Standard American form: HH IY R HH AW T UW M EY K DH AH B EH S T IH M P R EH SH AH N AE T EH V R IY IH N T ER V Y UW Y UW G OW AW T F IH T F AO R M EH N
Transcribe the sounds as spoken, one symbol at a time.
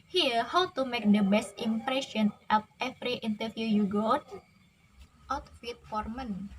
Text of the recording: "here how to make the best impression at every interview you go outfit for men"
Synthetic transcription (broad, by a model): HH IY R HH AW T UW M EY K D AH B EH S T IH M P R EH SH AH N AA T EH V R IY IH N T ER F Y UW Y UW G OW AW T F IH T F AO R M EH N